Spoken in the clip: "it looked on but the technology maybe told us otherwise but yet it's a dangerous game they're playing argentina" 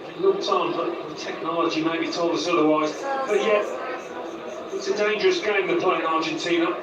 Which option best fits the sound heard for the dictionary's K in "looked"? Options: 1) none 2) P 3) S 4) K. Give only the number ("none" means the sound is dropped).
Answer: 1